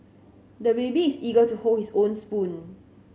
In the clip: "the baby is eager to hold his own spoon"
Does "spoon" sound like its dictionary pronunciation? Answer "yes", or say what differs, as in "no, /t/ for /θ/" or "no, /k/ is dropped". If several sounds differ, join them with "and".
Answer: yes